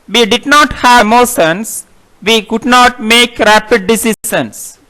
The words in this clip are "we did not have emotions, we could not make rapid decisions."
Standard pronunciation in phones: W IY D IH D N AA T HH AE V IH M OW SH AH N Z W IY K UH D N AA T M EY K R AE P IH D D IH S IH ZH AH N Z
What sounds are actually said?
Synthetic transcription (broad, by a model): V IY D IH D N AA T HH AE M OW S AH N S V IY K UH D N AA T M EY K R AE P IH D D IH S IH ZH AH N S